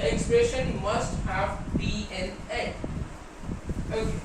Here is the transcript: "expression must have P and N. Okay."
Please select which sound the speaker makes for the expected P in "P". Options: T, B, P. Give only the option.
B